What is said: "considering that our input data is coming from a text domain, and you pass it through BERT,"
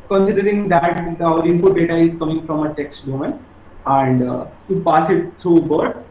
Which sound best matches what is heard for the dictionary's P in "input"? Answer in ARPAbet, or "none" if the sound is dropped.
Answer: F